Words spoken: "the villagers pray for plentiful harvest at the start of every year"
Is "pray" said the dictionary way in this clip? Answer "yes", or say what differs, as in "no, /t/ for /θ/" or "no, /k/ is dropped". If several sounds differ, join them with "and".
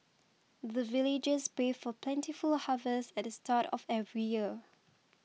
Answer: no, /ɹ/ is dropped